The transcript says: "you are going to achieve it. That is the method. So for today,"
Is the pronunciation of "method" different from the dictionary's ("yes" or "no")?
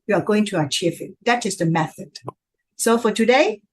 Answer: no